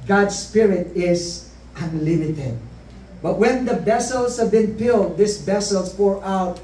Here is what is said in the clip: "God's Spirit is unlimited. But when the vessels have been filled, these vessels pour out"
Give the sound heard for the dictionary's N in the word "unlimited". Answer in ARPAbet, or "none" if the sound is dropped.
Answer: N